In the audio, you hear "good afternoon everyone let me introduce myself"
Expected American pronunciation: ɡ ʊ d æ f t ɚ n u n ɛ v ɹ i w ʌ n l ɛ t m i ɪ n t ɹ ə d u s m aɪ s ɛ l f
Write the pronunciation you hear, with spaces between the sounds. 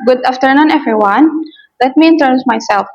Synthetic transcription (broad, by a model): ɡ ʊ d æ f t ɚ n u n ɛ v ɹ i w ʌ n l ɛ t m i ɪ n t ə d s m aɪ s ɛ l f